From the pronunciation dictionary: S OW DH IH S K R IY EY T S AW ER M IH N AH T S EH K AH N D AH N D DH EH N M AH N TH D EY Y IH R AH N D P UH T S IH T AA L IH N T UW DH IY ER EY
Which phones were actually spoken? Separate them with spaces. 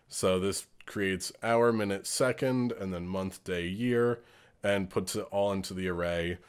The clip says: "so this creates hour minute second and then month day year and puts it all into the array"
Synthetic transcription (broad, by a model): S OW DH IH S K R IY EY T S AW ER M IH N AH T S EH K AH N D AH N DH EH N M AH N TH D EY Y IH R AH N P UH T S IH T AA L IH N T UW DH IY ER EY